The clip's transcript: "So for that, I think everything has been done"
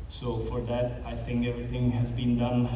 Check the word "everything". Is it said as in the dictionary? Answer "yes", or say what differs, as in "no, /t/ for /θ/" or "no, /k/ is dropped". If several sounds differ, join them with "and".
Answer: no, /t/ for /θ/